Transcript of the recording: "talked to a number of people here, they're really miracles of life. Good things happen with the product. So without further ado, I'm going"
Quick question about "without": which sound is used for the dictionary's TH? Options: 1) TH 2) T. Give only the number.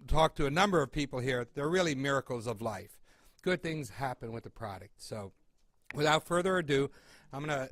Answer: 1